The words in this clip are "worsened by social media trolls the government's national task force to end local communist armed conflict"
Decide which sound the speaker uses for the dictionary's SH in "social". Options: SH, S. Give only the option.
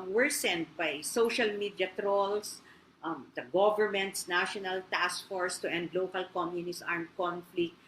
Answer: SH